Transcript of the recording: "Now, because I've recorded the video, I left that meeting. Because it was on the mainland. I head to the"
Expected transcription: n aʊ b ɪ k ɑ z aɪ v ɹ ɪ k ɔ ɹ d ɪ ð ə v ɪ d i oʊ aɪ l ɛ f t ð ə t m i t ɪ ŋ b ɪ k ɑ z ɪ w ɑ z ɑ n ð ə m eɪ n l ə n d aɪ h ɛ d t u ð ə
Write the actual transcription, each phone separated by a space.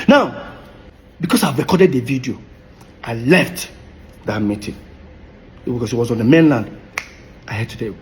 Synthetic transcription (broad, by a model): n aʊ b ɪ k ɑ s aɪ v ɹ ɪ k ɔ d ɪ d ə v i d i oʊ aɪ l ɛ f t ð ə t m i t ɪ ŋ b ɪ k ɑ s ɪ w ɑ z ɑ n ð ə m eɪ n l ə n d aɪ h ɛ d t u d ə